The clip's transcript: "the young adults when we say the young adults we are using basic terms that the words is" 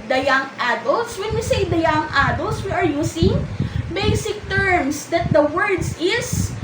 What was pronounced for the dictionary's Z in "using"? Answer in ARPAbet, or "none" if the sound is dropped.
S